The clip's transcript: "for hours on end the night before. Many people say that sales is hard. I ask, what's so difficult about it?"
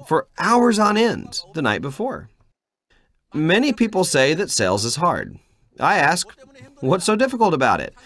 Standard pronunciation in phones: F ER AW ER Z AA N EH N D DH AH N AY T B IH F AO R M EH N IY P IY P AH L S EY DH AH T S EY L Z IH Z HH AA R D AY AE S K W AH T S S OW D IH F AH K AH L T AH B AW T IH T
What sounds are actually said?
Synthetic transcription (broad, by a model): F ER AW ER Z N EH N DH AH N AY T B IH F AO R M EH N IY P IY P L S EY DH AH T S EY L Z IH Z HH AA R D AY AE S K W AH T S S OW D IH F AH K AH L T AH B AW T IH T